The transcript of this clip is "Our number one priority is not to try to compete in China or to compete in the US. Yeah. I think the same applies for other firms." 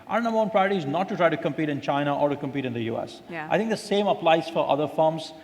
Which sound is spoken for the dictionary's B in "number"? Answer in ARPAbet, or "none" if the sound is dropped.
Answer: none